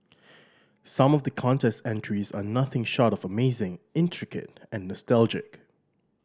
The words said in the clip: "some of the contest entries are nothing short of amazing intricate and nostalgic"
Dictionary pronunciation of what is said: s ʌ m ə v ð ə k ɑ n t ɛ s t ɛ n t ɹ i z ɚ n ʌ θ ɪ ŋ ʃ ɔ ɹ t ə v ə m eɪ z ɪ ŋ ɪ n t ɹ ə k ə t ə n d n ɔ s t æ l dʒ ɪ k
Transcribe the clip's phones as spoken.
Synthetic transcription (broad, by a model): s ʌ m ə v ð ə k ɑ n t ɛ s t ɛ n t ɹ i z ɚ n ʌ θ ɪ ŋ ʃ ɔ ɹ t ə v ə m eɪ z ɪ ŋ ɪ n t ɹ ə k ə t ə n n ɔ s t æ l dʒ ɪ k